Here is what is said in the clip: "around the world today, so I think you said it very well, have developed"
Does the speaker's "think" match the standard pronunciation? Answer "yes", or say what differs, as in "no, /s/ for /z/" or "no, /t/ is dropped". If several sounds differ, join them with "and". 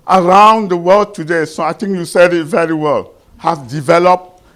no, /t/ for /θ/